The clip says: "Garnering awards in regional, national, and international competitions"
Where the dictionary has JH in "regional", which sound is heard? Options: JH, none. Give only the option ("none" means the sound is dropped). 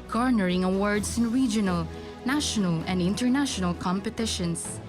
JH